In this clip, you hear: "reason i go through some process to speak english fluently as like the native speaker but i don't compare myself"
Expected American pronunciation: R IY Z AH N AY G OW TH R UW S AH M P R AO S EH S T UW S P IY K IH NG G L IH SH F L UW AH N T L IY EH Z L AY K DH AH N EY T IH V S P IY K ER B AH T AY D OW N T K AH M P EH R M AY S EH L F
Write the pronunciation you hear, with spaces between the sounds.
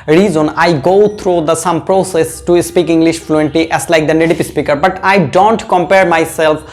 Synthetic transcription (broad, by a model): R IY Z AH N AY G OW T R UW S AH M P R AO S EH S T UW S P IY K IH NG G L IH SH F L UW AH N T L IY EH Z L AY K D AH N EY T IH P S P IY K ER B AH T AY D OW N T K AH M P EH R M AY S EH L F